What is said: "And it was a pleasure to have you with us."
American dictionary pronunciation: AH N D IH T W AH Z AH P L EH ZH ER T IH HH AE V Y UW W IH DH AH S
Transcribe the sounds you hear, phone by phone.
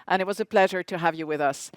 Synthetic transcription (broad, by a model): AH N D IH T W AH Z AH P L EH ZH ER T IH HH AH V Y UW W IH DH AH S